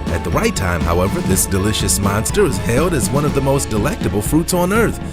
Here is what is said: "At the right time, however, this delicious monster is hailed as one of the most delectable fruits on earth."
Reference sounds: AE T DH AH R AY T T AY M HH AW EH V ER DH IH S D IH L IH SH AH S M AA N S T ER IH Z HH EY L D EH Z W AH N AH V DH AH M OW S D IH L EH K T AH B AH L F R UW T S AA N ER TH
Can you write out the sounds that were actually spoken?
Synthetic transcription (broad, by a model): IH T DH AH R AY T T AY M HH AW EH V ER DH IH S D IH L IH SH AH S M AA N S T ER IH Z HH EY L D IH Z W AH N AH V DH AH M OW S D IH L EH K T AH B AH L F R UW T S N ER TH